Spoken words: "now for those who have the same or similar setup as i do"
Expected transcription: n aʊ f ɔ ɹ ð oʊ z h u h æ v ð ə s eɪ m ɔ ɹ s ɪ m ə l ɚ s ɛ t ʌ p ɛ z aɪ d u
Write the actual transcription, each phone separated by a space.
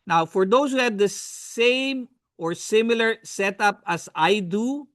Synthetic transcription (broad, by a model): n aʊ f ɔ ɹ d oʊ s h u h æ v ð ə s eɪ m ɔ ɹ s ɪ m ə l ɚ s ɛ t ʌ p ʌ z aɪ d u